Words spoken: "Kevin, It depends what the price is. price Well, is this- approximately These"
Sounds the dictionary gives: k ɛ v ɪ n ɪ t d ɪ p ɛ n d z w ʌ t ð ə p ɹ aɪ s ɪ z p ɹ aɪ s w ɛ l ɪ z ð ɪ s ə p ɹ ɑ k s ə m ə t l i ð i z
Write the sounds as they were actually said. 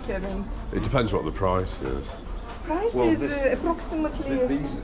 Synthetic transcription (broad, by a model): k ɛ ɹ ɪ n ɪ t d ɪ p ɛ n d z w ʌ t ð ə p ɹ aɪ s ɪ z p ɹ aɪ s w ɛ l ɪ z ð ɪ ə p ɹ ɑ k s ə m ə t l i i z